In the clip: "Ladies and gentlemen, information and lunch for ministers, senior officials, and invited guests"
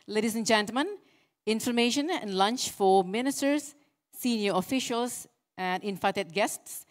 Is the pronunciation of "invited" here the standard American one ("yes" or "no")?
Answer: no